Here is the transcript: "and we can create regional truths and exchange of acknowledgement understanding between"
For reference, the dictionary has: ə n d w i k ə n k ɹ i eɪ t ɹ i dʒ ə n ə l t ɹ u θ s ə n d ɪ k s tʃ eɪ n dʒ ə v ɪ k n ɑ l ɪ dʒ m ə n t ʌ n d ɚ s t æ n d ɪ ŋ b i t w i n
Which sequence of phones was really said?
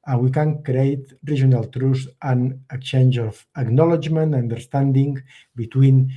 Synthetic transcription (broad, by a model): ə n w i k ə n k ɹ i eɪ t ɹ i ʒ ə n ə l t ɹ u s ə n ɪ k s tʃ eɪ n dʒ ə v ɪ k n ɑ l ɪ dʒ m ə n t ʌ n d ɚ s t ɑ n d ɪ ŋ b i t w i n